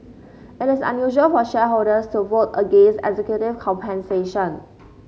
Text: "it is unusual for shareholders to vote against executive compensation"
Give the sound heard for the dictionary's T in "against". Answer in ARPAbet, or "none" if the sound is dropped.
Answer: none